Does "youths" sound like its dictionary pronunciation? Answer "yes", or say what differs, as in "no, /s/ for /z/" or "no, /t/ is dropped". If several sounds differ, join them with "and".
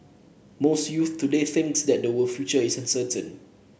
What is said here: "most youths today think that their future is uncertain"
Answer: no, /s/ is dropped